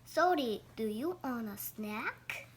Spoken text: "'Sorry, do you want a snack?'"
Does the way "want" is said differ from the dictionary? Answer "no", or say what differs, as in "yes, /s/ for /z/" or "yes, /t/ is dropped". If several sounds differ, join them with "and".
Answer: yes, /t/ is dropped